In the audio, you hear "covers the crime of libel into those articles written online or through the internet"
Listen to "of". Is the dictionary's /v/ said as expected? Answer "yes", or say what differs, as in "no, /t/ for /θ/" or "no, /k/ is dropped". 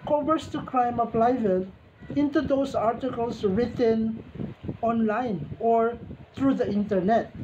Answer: no, /p/ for /v/